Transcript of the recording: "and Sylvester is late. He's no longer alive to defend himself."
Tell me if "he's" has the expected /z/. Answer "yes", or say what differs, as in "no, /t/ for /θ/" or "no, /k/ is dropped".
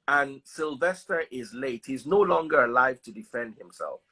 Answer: yes